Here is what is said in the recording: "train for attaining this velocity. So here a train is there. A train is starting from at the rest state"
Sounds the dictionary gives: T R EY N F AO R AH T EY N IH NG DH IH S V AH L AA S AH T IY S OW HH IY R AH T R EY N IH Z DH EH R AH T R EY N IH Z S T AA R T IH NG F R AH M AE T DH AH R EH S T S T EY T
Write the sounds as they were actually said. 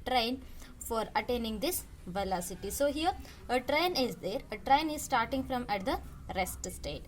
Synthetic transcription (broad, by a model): T R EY N F AO R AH T EY N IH NG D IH S V AH L AA S AH T IY S OW HH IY R AH T R EY N IH Z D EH R AH T R EY N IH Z S T AA R T IH NG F R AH M AE T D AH R EH S T S T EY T